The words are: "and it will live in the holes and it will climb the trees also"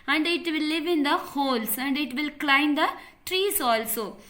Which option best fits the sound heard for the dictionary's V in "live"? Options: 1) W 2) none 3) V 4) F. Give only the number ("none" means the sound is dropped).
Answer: 3